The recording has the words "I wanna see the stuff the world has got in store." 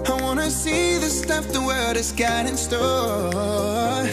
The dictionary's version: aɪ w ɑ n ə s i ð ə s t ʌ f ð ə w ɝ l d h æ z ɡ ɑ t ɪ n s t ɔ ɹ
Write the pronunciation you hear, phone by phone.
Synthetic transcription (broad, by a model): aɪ w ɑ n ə s i ð ə s t ʌ f ð ə w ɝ d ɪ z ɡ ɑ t ɪ n s t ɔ